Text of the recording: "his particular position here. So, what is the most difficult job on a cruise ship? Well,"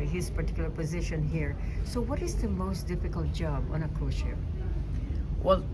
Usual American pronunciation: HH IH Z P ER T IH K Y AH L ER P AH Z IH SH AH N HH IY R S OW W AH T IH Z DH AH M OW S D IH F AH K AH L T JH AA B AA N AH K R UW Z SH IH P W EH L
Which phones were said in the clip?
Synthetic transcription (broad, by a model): HH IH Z P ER T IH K Y L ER P AH Z IH SH AH N HH IY R S OW W AH T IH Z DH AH M OW S D IH F AH K AH L T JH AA B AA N AH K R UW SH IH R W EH L